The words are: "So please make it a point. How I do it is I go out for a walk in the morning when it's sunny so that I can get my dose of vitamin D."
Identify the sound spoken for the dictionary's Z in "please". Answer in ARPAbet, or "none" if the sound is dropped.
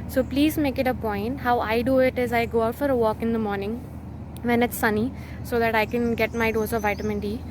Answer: Z